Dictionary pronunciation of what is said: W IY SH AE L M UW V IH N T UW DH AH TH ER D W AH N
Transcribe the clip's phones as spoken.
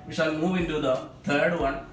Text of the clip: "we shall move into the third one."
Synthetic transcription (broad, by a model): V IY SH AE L M UW V IH N T UW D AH T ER D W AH N